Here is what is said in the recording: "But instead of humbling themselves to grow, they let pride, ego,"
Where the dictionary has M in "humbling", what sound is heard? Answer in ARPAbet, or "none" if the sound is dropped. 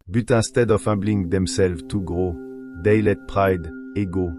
none